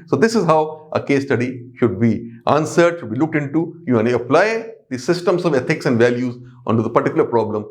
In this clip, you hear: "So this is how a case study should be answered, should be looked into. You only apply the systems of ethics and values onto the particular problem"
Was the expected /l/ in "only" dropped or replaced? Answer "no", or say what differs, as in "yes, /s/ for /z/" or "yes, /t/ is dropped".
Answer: yes, /l/ is dropped